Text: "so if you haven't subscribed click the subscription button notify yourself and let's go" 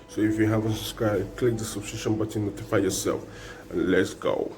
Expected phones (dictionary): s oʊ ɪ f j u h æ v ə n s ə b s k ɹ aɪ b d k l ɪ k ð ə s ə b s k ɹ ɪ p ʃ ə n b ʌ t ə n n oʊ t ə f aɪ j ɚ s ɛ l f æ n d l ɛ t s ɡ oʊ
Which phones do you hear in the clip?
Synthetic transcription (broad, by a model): s oʊ ɪ f j u h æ v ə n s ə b s k ɹ aɪ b k l ɪ k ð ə s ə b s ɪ ʃ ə n b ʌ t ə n n oʊ t ə f aɪ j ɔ s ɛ l f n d l ɛ t s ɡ oʊ